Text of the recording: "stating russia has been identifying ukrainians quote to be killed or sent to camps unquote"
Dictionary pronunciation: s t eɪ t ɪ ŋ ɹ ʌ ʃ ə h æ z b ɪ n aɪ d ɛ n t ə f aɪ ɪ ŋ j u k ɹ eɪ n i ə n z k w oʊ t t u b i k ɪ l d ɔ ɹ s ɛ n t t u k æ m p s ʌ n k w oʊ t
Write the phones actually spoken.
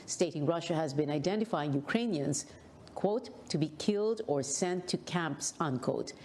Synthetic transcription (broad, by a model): s t eɪ t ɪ ŋ ɹ ʌ ʃ ə h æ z b ɪ n aɪ d ɛ n t ə f aɪ ɪ ŋ j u k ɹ eɪ n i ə n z k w oʊ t t u b i k ɪ l d ɔ ɹ s ɛ n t t u k æ m p s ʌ n k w oʊ t